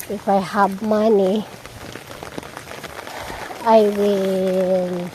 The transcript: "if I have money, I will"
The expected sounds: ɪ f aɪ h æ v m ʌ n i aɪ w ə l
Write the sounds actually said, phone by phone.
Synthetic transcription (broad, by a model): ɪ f aɪ h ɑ b m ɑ n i aɪ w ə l